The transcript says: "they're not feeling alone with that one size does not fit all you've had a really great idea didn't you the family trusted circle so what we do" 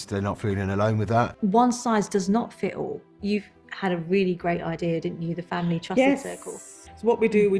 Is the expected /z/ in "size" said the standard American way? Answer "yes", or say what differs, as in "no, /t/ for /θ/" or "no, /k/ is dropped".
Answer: yes